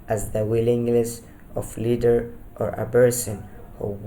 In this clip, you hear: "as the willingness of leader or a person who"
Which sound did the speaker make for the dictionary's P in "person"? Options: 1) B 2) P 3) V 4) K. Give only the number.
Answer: 1